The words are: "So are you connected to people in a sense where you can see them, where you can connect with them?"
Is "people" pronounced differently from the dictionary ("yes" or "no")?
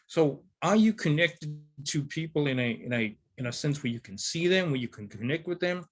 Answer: yes